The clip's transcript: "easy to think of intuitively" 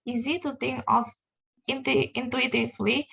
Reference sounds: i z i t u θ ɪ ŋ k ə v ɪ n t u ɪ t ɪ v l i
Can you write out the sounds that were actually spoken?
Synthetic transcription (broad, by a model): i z i t u t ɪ ŋ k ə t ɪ n t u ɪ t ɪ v l i